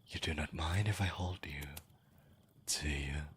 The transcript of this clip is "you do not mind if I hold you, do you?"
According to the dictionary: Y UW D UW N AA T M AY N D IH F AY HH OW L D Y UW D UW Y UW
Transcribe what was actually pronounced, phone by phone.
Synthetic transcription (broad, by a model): Y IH D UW N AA T M AY N D IH F AY HH OW L D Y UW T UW Y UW